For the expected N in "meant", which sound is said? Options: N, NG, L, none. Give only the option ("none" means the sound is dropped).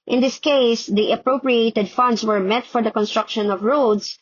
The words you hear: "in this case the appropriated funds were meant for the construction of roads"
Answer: none